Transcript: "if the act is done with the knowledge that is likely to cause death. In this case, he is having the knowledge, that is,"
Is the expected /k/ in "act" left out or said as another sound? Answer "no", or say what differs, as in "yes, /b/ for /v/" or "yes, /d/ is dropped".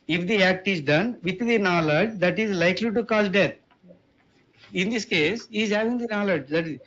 no